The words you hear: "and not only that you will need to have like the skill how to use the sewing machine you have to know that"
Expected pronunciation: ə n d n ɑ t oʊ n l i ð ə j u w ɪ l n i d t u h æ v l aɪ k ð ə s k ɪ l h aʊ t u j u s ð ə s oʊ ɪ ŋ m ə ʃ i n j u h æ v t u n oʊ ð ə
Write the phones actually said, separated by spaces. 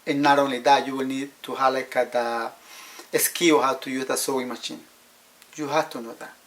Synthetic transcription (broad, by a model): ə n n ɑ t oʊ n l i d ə j u w ɪ l n i d t u h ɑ l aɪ k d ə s k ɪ w h aʊ t u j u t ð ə s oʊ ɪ m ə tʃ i n j u h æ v t u n oʊ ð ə